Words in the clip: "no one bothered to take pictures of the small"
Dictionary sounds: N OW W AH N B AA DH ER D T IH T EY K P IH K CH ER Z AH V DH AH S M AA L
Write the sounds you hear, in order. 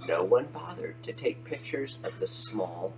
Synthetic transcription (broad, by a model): N OW W AH N B AA DH ER D T IH T EY K P IH K CH ER Z AH V DH AH S M AA L